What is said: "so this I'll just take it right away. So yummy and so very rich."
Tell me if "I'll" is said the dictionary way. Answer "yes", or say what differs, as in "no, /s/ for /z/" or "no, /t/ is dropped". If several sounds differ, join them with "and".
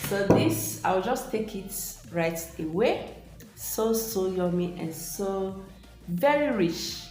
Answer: no, /w/ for /l/